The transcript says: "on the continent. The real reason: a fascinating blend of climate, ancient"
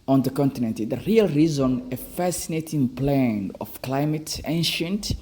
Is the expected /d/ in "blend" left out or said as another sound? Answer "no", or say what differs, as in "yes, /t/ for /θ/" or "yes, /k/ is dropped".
yes, /d/ is dropped